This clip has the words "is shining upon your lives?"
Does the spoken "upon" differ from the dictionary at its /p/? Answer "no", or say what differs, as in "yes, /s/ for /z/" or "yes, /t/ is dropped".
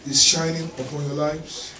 no